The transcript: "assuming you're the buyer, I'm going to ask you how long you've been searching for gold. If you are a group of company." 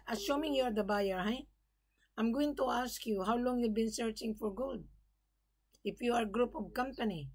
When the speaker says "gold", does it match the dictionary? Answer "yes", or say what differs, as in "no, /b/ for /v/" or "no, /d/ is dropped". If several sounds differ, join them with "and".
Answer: no, /l/ is dropped